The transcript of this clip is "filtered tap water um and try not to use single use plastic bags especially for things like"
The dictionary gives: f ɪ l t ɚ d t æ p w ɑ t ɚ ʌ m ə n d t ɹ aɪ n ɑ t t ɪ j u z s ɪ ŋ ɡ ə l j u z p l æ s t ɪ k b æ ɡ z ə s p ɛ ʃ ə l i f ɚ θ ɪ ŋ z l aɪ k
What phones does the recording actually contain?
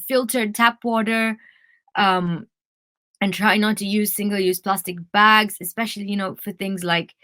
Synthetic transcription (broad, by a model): f ɪ l t ɚ d t æ p w ɑ t ɚ ʌ m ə n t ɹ aɪ n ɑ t t ɪ j u z s ɪ ŋ ɡ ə l j u z p l æ s t ɪ k b æ ɡ z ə s p ɛ ʃ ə n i f ɚ θ ɪ ŋ z l aɪ k